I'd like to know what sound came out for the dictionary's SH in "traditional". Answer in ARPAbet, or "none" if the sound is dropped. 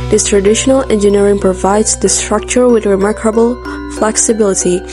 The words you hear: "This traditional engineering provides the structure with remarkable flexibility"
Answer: SH